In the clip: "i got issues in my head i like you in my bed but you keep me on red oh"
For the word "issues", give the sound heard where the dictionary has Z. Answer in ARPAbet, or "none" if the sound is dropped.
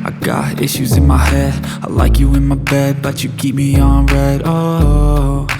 Z